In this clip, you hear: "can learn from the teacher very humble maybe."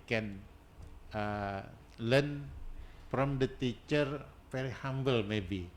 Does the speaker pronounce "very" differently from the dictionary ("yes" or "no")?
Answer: yes